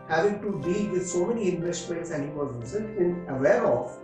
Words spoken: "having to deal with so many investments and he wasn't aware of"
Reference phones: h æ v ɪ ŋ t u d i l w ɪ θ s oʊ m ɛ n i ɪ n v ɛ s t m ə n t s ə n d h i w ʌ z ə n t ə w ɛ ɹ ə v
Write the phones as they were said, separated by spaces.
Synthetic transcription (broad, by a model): h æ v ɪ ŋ t u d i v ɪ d s oʊ m ɛ n i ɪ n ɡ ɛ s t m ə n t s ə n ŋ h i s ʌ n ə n ə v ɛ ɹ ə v